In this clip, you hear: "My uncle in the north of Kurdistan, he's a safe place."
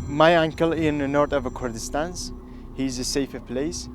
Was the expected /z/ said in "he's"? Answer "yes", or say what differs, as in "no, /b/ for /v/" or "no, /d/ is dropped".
yes